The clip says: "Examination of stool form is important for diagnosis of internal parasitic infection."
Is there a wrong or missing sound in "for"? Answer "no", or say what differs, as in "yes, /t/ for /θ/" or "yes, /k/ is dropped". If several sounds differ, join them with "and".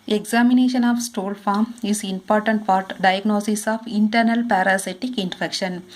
yes, /p/ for /f/